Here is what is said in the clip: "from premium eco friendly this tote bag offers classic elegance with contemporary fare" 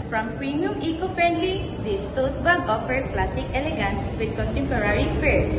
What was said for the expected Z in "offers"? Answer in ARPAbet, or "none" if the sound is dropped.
none